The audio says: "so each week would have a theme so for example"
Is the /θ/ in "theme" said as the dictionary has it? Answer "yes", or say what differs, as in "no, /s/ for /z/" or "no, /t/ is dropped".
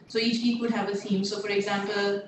no, /s/ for /θ/